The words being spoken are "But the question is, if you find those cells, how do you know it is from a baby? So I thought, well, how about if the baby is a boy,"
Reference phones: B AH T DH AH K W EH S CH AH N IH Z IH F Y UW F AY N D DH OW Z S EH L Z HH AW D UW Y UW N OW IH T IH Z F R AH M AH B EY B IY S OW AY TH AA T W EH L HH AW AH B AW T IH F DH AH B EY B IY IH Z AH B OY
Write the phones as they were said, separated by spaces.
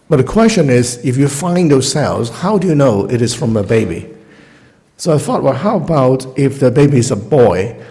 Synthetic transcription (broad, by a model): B AH T DH AH K W EH S CH AH N IH Z IH F Y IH F AY N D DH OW S EH L Z HH AW D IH Y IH N OW IH T IH Z F R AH M AH B EY B IY S OW AY TH AA T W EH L HH AW AH B AW T IH F DH AH B EY B IY IH Z AH B OY